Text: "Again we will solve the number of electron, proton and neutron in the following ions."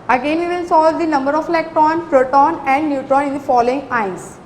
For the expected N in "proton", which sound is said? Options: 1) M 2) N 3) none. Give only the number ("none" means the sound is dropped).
2